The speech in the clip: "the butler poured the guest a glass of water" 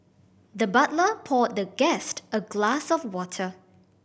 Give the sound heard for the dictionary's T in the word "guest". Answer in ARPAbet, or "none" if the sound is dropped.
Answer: T